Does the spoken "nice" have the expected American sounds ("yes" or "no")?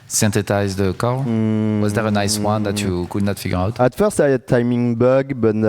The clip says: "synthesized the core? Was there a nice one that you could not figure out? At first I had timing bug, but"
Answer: yes